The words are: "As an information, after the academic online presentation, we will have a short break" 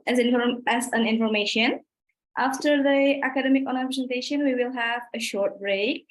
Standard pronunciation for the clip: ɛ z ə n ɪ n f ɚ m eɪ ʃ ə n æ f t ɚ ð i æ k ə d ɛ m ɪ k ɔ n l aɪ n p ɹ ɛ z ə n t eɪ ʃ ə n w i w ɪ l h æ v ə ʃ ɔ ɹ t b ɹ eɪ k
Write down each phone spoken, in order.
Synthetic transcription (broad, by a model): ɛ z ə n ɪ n f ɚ m eɪ ʃ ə n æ f t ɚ ð i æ k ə d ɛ m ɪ k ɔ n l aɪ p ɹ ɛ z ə n t eɪ ʃ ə n w i w ɪ l h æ v ə ʃ ɔ ɹ t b ɹ eɪ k